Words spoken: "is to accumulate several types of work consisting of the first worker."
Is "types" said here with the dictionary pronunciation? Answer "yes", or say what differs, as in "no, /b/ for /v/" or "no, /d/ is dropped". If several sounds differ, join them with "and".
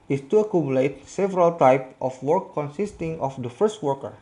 no, /s/ is dropped